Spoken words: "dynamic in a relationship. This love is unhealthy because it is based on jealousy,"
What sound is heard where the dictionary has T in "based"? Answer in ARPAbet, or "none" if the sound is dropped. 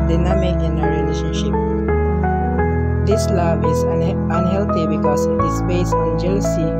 none